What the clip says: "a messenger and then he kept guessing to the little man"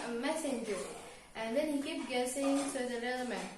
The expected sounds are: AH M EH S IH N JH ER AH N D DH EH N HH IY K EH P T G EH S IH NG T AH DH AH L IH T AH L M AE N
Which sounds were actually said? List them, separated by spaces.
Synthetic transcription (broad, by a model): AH M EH S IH N JH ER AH N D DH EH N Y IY K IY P G EH S IH NG S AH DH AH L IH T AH M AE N